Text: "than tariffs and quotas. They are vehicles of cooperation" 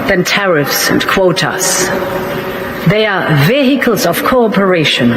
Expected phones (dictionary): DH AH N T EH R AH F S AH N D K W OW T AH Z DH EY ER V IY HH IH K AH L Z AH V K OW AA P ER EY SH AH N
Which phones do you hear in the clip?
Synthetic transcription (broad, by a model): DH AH N T EH R AH F S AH N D K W OW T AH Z DH EY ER V IY HH IH K AH L Z AH V K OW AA P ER EY SH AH N